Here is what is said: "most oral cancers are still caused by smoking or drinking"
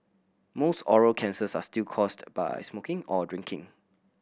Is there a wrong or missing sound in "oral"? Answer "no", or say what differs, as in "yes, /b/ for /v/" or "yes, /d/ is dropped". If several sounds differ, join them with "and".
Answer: no